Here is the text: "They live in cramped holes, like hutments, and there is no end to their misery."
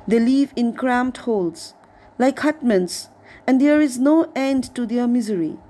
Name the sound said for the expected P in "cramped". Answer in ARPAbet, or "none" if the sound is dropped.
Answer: none